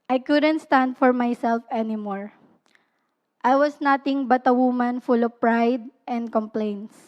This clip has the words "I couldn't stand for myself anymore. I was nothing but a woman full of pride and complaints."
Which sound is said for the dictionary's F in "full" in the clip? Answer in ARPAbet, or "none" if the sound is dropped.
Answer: F